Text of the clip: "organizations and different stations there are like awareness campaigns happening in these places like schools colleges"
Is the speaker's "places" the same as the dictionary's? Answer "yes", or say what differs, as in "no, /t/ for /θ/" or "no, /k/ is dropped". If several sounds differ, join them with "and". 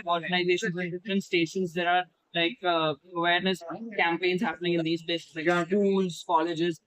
no, /l/ is dropped